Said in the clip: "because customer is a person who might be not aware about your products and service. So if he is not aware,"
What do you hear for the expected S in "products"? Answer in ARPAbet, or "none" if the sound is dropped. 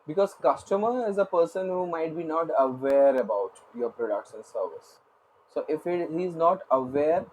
SH